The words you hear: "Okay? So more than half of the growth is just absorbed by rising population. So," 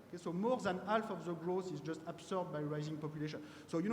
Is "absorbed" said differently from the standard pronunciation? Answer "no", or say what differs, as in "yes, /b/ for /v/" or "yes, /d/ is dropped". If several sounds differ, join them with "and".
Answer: yes, /s/ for /z/